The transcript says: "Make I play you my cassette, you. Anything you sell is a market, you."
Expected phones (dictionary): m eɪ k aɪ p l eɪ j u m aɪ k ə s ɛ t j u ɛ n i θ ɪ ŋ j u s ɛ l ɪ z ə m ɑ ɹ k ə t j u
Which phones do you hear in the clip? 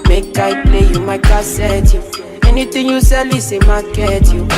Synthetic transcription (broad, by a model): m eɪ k aɪ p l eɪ j u m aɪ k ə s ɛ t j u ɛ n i t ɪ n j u s ɛ l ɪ s ə m ɑ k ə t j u